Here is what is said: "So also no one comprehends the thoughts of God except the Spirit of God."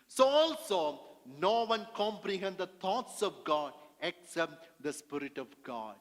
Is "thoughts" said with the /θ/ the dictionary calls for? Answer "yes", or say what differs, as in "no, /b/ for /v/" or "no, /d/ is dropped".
no, /t/ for /θ/